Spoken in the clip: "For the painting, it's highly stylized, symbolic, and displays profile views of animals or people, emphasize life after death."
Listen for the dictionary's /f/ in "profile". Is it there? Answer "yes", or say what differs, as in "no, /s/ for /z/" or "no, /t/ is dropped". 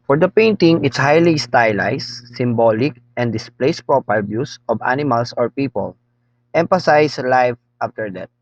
no, /p/ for /f/